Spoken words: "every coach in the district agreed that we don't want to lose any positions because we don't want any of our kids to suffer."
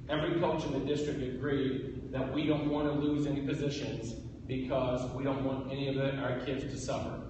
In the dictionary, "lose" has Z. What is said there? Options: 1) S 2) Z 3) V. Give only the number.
2